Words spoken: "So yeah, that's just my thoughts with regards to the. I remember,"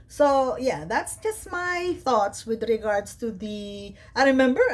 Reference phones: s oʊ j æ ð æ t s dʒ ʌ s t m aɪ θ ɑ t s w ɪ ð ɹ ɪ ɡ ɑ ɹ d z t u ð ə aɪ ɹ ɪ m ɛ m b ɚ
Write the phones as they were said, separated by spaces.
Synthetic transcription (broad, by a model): s oʊ j æ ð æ t s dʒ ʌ s t m aɪ θ ɑ t s w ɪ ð ɹ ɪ ɡ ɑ ɹ d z t u ð ə aɪ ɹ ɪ m ɛ m b ɚ